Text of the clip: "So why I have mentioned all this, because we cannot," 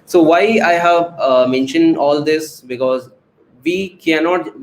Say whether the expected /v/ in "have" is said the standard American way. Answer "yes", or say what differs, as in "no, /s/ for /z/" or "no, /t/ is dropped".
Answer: yes